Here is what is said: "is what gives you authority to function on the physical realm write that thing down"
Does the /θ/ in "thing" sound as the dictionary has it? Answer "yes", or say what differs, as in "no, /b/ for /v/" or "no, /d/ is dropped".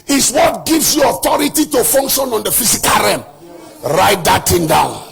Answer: no, /t/ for /θ/